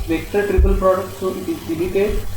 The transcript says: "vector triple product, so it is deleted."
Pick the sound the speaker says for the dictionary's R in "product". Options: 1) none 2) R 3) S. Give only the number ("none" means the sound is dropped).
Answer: 2